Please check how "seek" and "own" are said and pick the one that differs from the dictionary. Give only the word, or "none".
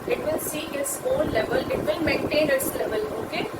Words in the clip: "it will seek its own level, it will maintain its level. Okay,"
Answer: seek